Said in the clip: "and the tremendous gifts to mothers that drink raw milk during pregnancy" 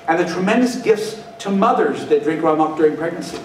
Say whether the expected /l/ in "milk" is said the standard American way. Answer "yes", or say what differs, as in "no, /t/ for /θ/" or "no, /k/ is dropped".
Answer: no, /l/ is dropped